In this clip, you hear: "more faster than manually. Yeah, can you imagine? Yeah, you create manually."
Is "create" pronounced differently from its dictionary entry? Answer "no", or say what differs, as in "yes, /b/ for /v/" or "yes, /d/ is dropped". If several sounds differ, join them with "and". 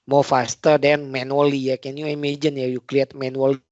yes, /l/ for /ɹ/